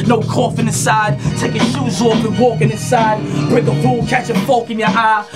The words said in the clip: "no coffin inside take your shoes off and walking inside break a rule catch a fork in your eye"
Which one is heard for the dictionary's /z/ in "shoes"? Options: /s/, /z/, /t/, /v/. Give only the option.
/z/